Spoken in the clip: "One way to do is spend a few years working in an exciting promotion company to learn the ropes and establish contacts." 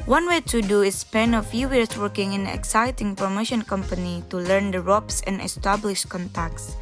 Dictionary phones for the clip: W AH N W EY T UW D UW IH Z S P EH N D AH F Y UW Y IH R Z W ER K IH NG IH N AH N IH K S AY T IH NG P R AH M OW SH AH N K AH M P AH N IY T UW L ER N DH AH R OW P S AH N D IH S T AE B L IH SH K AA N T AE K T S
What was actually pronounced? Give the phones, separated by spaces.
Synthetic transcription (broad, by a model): W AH N W EY T UW D UW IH S P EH N AH F Y UW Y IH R S W ER K IH NG IH N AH IH K S AY T IH NG P R AH M OW SH AH N K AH M P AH N IY T UW L ER N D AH R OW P S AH N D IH S T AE B L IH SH K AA N T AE K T S